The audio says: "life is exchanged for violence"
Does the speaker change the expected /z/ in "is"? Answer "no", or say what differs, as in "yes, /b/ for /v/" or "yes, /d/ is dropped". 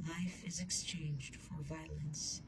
no